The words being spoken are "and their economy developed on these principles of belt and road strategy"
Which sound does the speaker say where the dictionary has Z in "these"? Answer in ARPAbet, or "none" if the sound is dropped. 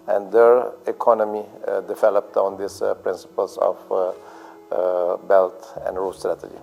S